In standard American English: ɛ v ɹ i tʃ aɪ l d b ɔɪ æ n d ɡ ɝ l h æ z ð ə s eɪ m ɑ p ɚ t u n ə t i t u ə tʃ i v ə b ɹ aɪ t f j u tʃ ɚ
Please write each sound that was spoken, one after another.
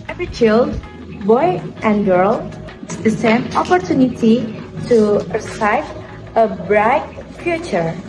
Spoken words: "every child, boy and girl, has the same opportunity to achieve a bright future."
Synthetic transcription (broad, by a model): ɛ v ɹ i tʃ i l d b ɔɪ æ n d ɡ ɝ l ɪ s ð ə s eɪ m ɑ p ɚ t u n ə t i t u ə s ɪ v ə b ɹ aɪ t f j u tʃ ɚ